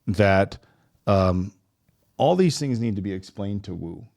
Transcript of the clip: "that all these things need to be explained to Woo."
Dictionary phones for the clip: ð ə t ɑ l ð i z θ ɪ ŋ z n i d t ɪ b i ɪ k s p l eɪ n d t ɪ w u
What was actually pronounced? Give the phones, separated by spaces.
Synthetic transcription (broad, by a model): ð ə t ɑ l ð i z θ ɪ ŋ z n i d t ɪ b i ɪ k s p l eɪ n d t ɪ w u